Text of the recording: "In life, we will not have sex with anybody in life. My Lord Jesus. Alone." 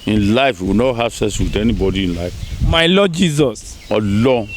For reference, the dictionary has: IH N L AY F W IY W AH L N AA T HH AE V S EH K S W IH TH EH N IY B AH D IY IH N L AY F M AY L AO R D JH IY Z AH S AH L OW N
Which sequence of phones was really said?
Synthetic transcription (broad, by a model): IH N L AY F W IY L N AA T HH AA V S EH S W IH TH EH N IY B AH D IY IH N L AY F M AY L AO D JH IY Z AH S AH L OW